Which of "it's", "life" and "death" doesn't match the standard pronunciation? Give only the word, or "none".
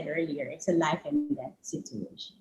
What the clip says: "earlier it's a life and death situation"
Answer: death